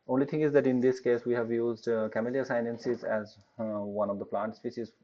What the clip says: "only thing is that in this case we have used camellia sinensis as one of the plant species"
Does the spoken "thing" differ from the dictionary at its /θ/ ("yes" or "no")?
yes